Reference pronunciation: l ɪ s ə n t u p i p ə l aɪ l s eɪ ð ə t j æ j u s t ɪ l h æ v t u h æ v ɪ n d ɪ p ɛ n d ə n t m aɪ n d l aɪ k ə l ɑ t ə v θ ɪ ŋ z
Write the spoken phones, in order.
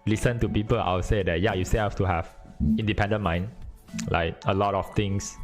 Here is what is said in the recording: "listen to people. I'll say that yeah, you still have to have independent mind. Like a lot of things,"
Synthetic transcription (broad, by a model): l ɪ s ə n t u p i p ə l aɪ w s eɪ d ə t j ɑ j u s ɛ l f t u h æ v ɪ n d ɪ p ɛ n d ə n m aɪ n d l aɪ k ə l ɑ t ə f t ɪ ŋ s